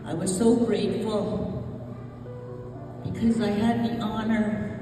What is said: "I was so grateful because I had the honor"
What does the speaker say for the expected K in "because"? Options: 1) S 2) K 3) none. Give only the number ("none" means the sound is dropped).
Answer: 2